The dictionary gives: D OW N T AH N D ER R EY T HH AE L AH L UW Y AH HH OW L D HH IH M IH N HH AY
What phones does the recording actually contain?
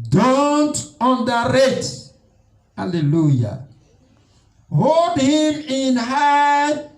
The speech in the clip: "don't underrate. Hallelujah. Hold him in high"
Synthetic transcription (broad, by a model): D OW N T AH N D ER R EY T HH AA L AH L UW Y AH HH OW L D HH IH M IH N HH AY